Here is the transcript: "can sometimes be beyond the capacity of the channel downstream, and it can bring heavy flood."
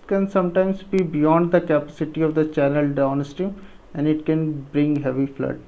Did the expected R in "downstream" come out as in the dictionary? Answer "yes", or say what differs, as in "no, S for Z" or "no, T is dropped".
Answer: no, R is dropped